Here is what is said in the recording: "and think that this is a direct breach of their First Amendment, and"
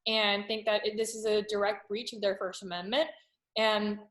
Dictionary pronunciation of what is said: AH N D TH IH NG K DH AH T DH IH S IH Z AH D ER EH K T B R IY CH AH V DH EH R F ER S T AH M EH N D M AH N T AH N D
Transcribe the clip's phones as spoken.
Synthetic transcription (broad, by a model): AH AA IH TH IH NG K DH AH T DH IH S IH Z AH D ER EH K T B R IY CH AH V DH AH R F ER S T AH M EH N M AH N T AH N